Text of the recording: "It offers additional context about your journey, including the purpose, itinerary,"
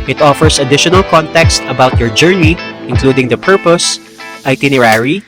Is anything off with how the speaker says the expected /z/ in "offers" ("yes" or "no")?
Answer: yes